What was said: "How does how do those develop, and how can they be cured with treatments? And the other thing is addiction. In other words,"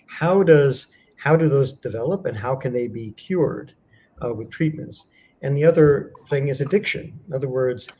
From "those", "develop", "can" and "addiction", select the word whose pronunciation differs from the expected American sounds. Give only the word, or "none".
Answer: none